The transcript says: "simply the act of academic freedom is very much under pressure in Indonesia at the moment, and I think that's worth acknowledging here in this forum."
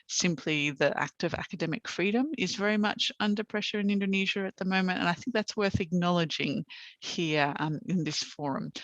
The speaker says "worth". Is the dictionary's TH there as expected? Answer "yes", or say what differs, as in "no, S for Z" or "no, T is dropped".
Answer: yes